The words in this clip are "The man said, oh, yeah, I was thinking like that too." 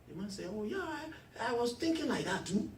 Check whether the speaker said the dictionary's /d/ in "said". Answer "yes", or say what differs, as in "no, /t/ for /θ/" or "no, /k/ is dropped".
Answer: no, /d/ is dropped